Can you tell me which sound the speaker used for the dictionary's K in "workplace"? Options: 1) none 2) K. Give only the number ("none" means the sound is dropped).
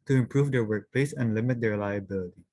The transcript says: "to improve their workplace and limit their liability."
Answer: 2